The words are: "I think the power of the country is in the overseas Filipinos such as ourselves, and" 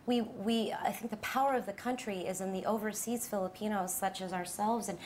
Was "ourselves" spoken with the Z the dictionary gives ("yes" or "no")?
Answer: yes